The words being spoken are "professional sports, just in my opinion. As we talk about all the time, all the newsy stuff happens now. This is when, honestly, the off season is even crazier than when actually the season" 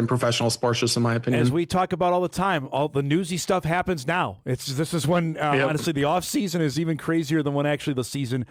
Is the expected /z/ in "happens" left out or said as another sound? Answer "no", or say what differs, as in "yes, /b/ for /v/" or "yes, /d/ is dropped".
no